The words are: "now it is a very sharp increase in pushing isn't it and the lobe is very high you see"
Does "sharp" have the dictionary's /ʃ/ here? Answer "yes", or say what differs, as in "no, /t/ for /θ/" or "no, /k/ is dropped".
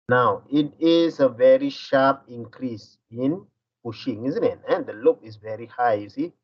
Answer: yes